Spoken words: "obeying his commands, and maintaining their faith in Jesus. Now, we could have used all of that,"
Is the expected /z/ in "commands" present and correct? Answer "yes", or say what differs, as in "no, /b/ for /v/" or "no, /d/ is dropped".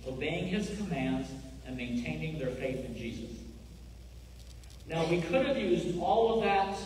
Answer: yes